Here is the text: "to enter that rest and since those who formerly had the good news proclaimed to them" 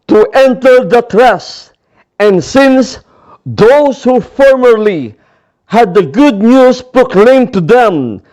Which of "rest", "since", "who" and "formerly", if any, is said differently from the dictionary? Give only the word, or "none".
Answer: rest